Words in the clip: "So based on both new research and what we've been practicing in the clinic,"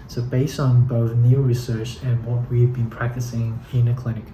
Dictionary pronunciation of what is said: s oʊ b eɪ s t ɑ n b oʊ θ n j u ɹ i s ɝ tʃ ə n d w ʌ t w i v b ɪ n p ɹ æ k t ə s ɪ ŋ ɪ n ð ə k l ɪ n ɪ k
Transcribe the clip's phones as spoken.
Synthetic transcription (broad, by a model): s oʊ b eɪ s t n b oʊ θ n j u ɹ i s ɝ tʃ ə n w ʌ t w i v b ɪ n p ɹ æ k t ə s ɪ ŋ ɪ n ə k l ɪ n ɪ k